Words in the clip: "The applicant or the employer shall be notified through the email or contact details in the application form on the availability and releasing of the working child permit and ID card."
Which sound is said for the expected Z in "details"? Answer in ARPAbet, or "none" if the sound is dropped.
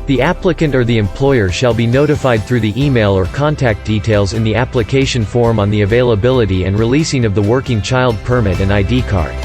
Z